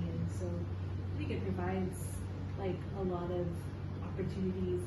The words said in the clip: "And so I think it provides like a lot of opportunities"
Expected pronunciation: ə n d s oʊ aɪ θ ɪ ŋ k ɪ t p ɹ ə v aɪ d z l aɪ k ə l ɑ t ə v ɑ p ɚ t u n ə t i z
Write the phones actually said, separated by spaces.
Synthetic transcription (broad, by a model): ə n s oʊ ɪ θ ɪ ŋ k ɪ t p ɹ ə v aɪ d z l aɪ k ə l ɑ t ə v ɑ p ɚ t u n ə t i z